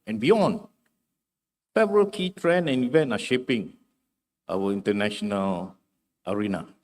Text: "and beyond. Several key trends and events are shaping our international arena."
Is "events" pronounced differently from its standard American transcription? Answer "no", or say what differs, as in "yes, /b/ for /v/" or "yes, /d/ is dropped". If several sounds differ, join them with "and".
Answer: yes, /s/ is dropped